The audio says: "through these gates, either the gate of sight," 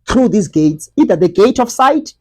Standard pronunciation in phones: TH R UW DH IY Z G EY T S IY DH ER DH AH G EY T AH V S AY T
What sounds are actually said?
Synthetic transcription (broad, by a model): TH R UW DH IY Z G EY T S IY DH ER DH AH G EY T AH F S AY T